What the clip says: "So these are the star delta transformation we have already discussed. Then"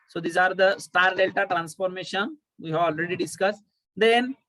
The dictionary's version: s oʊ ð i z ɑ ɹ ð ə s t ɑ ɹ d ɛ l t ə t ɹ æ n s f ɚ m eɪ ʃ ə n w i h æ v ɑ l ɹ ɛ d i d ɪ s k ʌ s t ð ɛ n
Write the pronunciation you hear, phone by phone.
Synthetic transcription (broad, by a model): s oʊ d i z ɑ ɹ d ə s t ɑ ɹ d ɛ l t ə t ɹ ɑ n s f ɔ m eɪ ʃ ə n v i h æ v ɑ l ɹ ɛ d i d ɪ s k ʌ s t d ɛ n